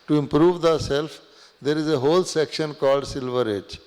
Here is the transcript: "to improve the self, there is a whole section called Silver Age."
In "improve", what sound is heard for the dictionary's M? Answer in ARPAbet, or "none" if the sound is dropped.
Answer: M